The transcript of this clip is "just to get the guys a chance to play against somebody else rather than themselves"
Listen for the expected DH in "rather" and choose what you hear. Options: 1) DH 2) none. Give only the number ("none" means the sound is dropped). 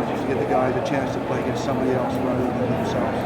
2